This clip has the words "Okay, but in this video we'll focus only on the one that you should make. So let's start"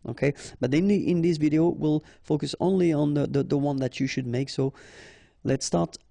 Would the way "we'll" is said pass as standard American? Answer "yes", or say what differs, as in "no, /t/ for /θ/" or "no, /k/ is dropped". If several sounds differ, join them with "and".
yes